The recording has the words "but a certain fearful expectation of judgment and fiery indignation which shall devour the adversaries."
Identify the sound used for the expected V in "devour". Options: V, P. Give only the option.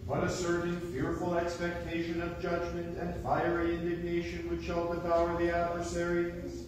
P